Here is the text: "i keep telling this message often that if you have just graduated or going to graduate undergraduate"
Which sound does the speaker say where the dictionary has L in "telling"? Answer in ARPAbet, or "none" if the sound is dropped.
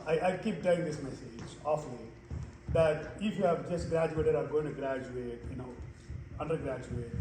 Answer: none